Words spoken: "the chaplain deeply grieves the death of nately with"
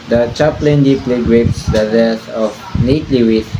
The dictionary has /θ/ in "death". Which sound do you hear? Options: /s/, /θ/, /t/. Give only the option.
/s/